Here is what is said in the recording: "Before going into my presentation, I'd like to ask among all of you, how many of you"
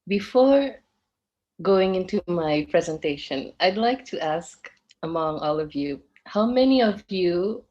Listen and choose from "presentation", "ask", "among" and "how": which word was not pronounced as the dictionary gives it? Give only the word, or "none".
none